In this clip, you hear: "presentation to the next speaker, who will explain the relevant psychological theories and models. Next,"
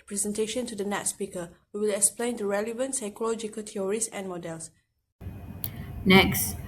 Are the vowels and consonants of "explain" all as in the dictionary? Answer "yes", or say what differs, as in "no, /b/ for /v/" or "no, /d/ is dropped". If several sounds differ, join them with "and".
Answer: yes